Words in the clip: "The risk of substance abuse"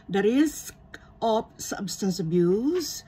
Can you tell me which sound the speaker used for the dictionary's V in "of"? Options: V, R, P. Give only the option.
P